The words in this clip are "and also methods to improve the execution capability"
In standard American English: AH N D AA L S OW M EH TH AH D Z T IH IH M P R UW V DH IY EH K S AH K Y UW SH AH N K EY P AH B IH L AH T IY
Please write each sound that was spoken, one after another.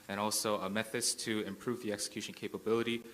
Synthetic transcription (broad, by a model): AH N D AA L S OW M EH TH AH D Z T IH IH M P R UW V DH IY EH K S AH K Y UW SH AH N K EY P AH B IH L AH T IY